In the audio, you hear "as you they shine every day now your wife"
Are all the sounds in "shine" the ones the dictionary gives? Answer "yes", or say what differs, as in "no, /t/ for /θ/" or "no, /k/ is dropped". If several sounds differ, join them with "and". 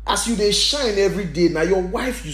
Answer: yes